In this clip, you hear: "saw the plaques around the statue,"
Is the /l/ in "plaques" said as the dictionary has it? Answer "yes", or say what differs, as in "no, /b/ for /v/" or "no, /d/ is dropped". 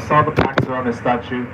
no, /l/ is dropped